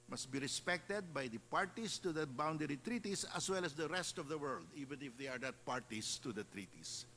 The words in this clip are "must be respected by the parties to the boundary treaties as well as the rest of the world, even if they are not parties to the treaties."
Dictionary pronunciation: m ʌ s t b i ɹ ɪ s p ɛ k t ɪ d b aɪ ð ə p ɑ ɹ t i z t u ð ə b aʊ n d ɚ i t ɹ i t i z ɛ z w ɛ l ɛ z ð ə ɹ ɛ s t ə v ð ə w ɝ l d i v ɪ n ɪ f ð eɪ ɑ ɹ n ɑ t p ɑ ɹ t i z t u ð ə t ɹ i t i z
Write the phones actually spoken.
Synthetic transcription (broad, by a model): m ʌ s t b i ɹ ɪ s p ɛ k t ɪ d b aɪ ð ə p ɑ ɹ t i s t u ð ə b aʊ n d ɚ i t ɹ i t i s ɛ s w ɛ l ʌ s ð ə ɹ ɛ s t ə v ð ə w ɝ l d i v ɪ n ɪ f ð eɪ ɑ ɹ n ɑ t p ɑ ɹ t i s t u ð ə t ɹ i t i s